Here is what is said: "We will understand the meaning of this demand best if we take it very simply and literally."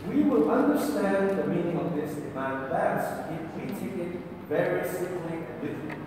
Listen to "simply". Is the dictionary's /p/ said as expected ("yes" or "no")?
no